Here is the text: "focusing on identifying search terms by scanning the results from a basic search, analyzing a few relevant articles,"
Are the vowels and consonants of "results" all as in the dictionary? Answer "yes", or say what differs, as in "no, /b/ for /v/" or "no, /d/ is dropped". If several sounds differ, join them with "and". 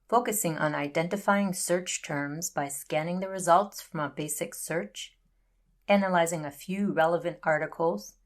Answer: yes